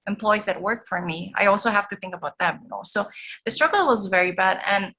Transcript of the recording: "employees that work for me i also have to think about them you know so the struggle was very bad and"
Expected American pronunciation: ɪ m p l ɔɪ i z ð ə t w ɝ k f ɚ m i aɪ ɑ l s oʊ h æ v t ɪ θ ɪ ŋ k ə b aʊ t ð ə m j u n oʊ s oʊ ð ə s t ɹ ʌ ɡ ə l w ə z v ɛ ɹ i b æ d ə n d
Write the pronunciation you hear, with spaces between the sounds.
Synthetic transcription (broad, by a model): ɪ m p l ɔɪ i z ð ə t w ɝ k f ɚ m i aɪ ɑ l s oʊ h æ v t ɪ θ ɪ ŋ k ə b aʊ t ð ə m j n oʊ s oʊ ð ə s t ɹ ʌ ɡ l w ə z v ɛ ɹ i b æ d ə n